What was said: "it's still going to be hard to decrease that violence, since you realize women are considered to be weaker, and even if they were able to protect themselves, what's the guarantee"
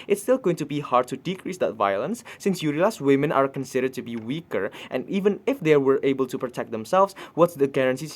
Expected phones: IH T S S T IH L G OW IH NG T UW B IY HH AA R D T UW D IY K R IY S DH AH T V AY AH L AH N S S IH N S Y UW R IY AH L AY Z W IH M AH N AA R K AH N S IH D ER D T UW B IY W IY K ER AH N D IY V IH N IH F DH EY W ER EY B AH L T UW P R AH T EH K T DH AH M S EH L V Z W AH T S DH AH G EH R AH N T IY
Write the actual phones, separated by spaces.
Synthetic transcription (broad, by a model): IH T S S T IH L G OW IH NG T UW B IY HH AA R D T UW D IY K R IY S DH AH T V AY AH L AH N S S IH N S Y UW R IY L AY S W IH M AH N AA R K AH N S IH D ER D T UW B IY W IY K ER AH N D IY V IH N IH F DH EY W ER EY B AH L T UW P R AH T EH K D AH M S EH L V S W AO T S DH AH G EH R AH N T IY